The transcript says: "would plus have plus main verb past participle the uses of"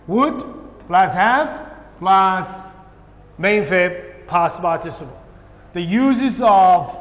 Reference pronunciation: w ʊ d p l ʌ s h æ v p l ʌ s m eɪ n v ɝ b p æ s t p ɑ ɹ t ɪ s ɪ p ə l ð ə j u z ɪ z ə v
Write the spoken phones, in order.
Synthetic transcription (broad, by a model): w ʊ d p l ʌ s h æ f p l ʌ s m eɪ n f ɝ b p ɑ s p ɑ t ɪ s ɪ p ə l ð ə j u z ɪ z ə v